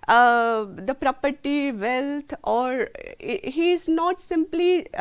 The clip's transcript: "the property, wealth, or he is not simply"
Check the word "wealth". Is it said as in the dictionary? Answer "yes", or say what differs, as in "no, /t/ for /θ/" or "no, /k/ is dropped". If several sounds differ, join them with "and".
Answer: no, /t/ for /θ/